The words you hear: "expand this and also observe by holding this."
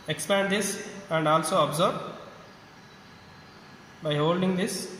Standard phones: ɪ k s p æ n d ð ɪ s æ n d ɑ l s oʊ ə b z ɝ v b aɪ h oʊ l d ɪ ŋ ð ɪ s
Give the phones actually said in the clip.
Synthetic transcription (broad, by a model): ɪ k s p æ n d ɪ s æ n d ɑ l s oʊ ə b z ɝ b b aɪ h oʊ l d ɪ ŋ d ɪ s